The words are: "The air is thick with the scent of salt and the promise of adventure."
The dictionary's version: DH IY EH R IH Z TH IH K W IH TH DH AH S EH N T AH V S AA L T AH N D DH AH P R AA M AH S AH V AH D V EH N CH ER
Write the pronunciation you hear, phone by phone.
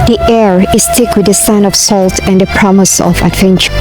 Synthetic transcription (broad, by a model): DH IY EH R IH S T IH K W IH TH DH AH S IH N AH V S AA L T AH N D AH P R AA M AH S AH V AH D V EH N CH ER